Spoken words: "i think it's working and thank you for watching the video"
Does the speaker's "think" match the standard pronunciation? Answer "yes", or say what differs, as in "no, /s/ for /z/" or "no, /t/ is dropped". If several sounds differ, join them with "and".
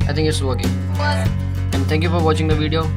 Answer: no, /t/ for /θ/